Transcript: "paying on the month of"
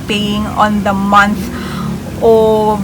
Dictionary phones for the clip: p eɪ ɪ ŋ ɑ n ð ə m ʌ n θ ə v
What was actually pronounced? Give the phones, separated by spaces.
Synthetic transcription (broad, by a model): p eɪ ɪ ŋ ɑ n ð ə m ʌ n s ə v